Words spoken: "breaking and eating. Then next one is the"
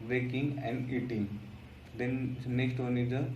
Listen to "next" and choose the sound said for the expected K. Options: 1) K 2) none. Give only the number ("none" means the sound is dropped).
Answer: 1